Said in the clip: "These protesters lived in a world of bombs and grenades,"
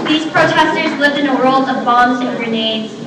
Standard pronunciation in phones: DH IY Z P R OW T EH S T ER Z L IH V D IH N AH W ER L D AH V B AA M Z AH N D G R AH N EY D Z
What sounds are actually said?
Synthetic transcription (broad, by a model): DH IY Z P R OW T EH S T ER Z L IH V D IH N AH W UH L AH V B AA M Z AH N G R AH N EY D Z